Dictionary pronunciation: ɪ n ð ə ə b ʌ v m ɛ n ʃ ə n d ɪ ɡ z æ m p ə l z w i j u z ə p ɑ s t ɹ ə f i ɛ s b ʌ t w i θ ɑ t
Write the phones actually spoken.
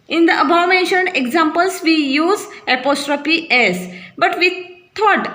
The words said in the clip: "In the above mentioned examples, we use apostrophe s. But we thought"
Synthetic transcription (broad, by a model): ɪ n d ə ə b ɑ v m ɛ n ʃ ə n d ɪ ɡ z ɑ m p ə l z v i j u z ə p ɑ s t ɹ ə p i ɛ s b ʌ t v i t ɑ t